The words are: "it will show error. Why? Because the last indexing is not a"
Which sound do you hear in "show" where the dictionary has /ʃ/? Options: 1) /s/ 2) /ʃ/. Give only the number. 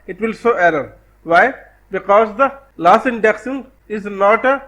1